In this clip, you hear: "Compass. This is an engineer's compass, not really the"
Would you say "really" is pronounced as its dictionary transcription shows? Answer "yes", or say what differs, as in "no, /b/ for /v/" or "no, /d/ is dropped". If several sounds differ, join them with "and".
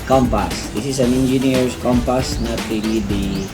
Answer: no, /n/ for /l/